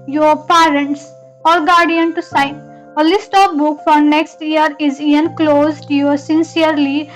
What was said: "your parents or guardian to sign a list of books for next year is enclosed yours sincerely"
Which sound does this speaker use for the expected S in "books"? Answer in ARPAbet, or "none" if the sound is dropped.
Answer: none